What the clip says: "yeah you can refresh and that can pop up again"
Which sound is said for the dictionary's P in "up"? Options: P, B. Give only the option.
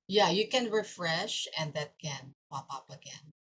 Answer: P